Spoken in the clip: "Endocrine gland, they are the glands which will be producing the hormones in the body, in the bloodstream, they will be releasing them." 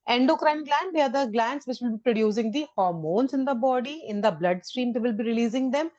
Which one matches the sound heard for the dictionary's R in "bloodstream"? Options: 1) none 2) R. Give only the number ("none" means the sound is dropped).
2